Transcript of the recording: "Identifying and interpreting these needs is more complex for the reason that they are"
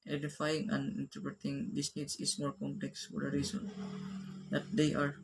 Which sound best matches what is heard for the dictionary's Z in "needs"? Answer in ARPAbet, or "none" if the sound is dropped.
S